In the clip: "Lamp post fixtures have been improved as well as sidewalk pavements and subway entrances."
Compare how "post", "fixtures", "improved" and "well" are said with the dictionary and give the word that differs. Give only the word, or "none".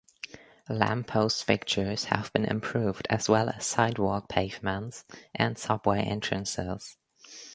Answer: fixtures